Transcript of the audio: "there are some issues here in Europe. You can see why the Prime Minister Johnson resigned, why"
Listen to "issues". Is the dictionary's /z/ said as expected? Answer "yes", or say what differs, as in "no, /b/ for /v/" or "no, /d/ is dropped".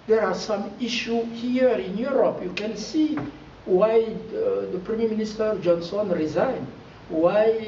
no, /z/ is dropped